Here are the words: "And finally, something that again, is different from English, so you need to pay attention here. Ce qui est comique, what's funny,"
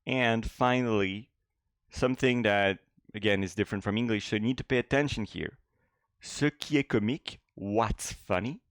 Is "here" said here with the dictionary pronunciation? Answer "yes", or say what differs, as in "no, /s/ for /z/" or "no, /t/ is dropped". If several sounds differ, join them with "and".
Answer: yes